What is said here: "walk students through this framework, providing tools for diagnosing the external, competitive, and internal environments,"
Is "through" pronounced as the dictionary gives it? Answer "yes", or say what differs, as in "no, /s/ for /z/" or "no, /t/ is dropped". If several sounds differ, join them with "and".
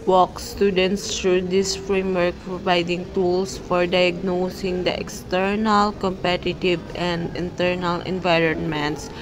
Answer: no, /t/ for /θ/